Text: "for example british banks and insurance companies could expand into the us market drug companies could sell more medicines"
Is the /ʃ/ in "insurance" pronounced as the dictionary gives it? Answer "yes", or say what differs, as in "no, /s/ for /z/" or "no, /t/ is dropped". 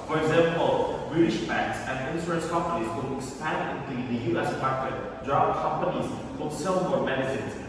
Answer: no, /s/ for /ʃ/